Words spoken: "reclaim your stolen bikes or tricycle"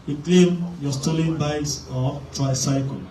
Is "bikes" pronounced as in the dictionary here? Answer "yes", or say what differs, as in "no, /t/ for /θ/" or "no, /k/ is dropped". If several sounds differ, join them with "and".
no, /k/ is dropped